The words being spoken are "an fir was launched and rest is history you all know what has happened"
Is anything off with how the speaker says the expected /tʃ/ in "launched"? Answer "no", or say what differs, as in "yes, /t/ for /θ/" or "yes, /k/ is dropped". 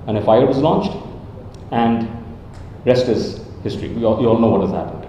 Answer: no